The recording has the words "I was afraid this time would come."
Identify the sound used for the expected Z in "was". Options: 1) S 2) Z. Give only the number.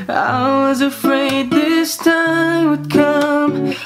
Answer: 2